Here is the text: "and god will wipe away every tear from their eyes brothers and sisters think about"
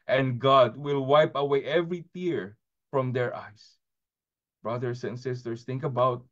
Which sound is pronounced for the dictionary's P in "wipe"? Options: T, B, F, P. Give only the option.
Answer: P